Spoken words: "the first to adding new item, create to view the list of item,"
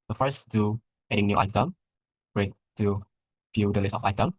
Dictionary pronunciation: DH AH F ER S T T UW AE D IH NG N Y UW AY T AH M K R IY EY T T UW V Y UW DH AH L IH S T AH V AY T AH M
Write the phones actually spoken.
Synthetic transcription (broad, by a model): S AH F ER S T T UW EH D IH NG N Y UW AY T AH M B R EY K T UW F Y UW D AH L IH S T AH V AY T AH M